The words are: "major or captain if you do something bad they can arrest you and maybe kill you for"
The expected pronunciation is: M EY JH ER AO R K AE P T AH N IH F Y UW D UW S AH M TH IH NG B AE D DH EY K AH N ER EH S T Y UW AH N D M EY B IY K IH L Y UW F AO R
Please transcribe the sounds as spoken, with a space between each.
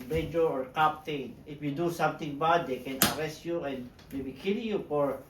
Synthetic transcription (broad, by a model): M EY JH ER AO R K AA P T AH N IH F Y UW D UW S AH M T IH NG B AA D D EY K AH N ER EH S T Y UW AH N D M EY B IY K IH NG Y UW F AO R